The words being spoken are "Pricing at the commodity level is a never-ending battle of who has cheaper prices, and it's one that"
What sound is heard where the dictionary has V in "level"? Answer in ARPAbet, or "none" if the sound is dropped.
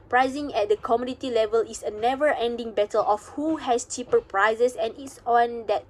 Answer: V